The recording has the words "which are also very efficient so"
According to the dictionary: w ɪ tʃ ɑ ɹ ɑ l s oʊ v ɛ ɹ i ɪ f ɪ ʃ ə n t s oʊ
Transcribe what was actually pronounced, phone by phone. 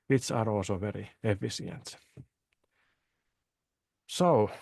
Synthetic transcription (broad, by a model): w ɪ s ɑ ɹ ɑ l s oʊ v ɛ ɹ i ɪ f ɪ s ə n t s oʊ